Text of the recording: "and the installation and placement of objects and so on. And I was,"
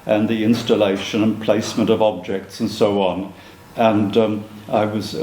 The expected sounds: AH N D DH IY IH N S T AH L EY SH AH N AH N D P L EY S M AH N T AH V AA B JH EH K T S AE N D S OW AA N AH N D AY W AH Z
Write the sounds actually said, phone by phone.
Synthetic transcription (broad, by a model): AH N DH IY IH N S T AH L EY SH AH N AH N P L EY S M AH N T AH V AA B JH EH K T S N S OW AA N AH N AY W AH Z